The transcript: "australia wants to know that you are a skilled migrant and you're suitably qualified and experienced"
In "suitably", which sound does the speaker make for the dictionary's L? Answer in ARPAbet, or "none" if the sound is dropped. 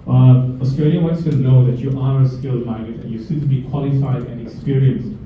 none